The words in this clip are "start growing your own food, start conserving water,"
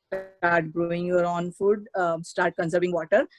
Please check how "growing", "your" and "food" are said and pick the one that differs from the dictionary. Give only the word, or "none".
none